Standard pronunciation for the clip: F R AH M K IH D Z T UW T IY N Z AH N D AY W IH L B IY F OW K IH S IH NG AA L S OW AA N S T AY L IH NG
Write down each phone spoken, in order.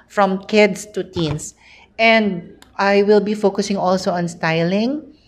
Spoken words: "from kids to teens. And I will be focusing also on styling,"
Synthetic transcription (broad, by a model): F R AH M K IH D S T UW T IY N S AH N D AY W IH L B IY F OW K IH S IH NG AA L S OW AA N S T AY L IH NG